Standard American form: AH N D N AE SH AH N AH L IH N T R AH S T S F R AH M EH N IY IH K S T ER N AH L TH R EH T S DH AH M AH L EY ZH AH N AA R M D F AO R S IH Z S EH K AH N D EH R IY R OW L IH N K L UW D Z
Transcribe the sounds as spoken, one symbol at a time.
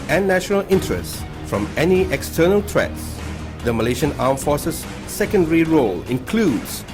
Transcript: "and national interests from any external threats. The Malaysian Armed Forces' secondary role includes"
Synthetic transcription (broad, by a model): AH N N AE SH AH N AH L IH N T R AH S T F R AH M EH N IY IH K S T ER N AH L T R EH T S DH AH M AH L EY SH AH N AA M F AO R S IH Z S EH K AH N D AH R IY R OW L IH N K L UW D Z